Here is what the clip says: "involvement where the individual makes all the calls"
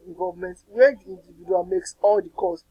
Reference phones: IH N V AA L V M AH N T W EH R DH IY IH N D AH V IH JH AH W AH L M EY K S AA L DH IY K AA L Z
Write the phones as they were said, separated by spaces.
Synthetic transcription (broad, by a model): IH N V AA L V M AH N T W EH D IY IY N D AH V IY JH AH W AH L M EY K S AA L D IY K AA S